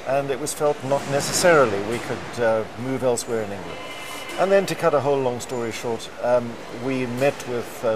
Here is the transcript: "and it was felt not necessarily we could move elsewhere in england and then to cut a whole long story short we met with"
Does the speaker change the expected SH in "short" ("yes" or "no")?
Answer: no